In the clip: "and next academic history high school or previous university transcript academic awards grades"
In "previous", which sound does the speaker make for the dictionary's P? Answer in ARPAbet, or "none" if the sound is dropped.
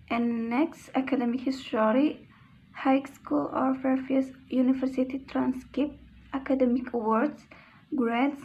F